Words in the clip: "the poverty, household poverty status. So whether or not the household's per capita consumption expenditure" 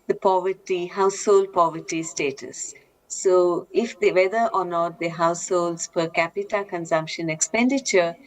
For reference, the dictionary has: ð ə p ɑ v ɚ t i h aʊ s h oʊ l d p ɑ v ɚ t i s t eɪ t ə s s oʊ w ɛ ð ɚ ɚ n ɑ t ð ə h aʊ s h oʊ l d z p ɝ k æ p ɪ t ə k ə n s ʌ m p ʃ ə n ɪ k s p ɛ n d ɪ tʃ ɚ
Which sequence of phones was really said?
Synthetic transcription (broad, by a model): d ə p ɑ v ɚ t i h aʊ s h oʊ l d p ɑ v ɚ t i s t eɪ t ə s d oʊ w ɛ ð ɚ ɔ n ɑ t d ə h aʊ s h oʊ l d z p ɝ k æ p ɪ t ə k ə n s ʌ m p ʃ ə n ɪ k s p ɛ n d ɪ tʃ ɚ